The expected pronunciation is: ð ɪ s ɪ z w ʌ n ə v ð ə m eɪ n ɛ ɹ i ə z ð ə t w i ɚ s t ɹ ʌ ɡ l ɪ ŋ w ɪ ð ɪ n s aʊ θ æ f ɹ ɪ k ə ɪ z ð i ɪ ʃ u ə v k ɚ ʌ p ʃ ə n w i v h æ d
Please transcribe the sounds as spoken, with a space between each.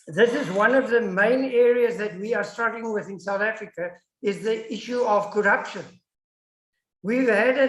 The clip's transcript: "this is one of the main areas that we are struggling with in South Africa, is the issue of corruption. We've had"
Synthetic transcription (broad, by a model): ð ɪ s ɪ z w ʌ n ə v ð ə m eɪ n ɛ ɹ i ə z ð ə t w i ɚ s t ɹ ʌ ɡ l ɪ ŋ w ɪ ð ɪ n s aʊ θ æ f ɹ ɪ k ə ɪ z ð i ɪ ʃ u ə v k ɚ ʌ p ʃ ə n w i v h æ d